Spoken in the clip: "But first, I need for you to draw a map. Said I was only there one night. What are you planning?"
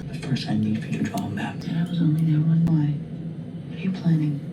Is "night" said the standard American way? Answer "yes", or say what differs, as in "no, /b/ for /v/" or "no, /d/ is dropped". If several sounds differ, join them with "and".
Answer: no, /l/ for /n/